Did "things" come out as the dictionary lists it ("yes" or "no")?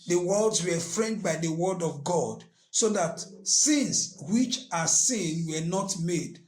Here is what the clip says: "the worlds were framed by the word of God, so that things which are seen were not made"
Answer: no